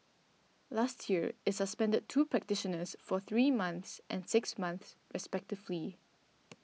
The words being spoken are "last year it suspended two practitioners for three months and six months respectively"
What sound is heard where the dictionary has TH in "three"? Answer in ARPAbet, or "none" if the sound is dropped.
TH